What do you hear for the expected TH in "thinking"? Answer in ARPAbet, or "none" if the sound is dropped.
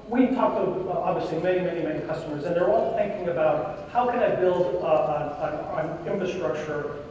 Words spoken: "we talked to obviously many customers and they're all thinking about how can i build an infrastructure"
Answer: TH